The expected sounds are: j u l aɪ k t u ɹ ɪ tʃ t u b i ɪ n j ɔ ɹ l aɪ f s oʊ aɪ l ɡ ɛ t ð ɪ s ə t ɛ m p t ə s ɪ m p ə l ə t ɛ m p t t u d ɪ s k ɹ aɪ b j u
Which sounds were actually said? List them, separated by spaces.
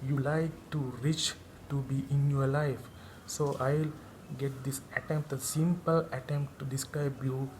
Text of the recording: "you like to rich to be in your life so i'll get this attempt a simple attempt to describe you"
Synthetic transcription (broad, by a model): j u l aɪ k t u ɹ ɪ tʃ t u b i ɪ n j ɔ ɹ l aɪ f s oʊ aɪ l ɡ ɛ t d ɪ s ə t ɛ m p t ə s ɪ m p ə l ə t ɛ m p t t u d ɪ s k ɹ aɪ b j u